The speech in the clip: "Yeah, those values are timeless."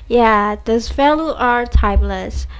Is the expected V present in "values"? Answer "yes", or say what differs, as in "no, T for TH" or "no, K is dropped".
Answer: no, F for V